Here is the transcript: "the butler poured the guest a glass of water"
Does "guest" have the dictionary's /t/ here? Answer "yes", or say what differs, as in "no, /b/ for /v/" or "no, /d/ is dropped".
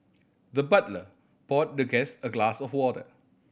no, /t/ is dropped